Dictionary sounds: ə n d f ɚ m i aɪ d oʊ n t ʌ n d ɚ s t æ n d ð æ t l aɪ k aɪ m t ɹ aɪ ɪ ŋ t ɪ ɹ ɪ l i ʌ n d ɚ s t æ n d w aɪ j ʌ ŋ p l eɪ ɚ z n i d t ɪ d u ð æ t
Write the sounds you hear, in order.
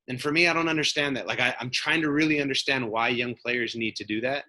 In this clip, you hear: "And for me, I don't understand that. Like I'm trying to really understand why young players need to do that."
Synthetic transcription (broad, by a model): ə n f ɚ m i aɪ d oʊ n t ʌ n d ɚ s t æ n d ð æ t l aɪ k aɪ m t ɹ aɪ ɪ ŋ t ɪ ɹ ɪ l i ʌ n d ɚ s t æ n d w aɪ j ʌ ŋ p l eɪ ɚ z n i d t ɪ d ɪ ð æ t